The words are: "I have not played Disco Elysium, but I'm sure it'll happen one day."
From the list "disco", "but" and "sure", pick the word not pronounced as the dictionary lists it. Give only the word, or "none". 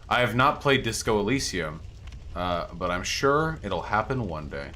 none